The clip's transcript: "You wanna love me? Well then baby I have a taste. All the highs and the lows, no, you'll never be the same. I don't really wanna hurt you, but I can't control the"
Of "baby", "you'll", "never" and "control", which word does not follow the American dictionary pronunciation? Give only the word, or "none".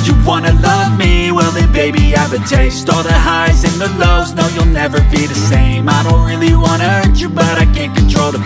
none